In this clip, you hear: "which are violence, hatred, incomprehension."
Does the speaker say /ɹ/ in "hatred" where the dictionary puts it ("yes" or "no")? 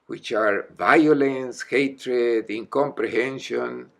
yes